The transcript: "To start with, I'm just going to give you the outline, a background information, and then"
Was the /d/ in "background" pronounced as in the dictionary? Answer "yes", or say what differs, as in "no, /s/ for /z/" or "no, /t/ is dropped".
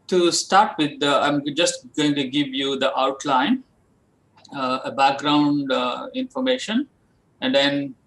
yes